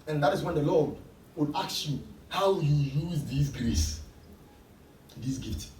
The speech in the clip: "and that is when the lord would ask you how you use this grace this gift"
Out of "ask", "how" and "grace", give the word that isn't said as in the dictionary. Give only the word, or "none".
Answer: ask